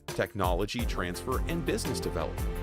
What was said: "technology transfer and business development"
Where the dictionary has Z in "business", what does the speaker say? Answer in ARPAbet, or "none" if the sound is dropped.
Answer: Z